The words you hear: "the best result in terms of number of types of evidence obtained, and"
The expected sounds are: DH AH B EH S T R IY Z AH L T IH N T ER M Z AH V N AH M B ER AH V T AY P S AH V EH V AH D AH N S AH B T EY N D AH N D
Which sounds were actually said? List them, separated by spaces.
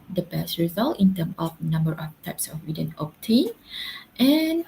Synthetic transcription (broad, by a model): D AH B EH S T R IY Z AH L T IH N T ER M AH F N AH M B ER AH F T AY P S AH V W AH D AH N AH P T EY N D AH N